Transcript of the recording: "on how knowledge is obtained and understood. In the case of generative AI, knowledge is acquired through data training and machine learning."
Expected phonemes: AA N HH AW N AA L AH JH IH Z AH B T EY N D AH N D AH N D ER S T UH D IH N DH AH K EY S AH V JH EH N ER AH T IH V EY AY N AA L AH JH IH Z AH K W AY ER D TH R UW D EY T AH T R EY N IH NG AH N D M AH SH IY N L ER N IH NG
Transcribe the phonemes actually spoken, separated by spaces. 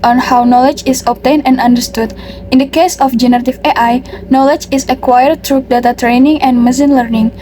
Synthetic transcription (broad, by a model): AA N HH AW N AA L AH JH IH S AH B T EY N AH N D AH N D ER S T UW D IH N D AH K EY S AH F JH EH N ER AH T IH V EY AY N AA L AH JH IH S AH K W AY ER D T R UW D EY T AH T R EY N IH NG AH N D M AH S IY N L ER N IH NG